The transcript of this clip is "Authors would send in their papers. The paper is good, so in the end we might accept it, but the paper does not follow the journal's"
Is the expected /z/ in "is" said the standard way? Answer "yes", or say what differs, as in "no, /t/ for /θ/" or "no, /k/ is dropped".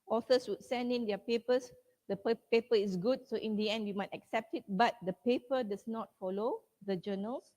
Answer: no, /s/ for /z/